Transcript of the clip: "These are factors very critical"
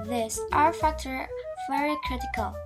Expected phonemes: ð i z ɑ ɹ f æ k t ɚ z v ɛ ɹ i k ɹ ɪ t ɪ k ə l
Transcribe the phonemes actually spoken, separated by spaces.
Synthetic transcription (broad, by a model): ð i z ɑ ɹ f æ k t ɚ v ɛ ɹ i k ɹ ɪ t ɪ k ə l